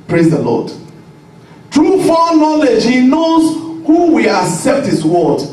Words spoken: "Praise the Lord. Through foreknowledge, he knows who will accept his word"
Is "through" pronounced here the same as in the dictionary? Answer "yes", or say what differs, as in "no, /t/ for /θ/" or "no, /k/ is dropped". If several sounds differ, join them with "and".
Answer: no, /t/ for /θ/